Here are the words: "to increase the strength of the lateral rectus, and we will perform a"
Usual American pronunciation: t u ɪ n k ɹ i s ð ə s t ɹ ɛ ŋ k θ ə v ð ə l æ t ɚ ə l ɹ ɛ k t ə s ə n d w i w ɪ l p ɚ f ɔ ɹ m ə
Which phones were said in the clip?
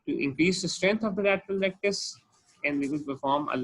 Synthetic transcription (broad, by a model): t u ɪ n k ɹ i s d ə s t ɹ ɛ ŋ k t ə v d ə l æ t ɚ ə l ɹ ɛ k t ə s ə n d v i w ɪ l p ɚ f ɔ ɹ m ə